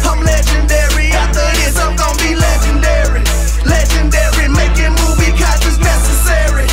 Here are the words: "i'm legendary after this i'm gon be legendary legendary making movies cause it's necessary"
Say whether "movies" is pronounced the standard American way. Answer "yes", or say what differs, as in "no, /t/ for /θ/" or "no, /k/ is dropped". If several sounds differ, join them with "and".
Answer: no, /z/ is dropped